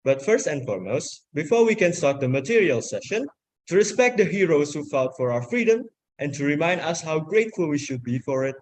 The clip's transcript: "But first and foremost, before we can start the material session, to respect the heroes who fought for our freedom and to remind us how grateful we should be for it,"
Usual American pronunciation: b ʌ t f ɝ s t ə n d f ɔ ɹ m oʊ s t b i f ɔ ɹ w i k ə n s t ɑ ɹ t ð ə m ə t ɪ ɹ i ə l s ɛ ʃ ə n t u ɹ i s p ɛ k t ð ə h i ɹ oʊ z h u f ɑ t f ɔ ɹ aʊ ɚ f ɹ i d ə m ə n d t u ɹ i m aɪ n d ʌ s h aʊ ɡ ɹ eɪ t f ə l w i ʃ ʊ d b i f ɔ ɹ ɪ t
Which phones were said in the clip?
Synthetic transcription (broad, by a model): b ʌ t f ɝ s t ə n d f ɔ ɹ m oʊ s t b i f ɔ ɹ w i k ə n s t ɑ ɹ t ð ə m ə t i ɹ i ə l s ɛ ʃ ə n t u ɹ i s p ɛ k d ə h i ɹ oʊ s h u f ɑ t f ɔ ɹ aʊ ɚ f ɹ i d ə m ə n t u ɹ i m aɪ n d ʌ s h aʊ ɡ ɹ eɪ t f ə l w i ʃ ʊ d b i f ɔ ɹ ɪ t